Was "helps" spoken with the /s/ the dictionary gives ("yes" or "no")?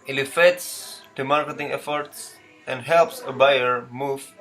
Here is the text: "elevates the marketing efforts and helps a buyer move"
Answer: yes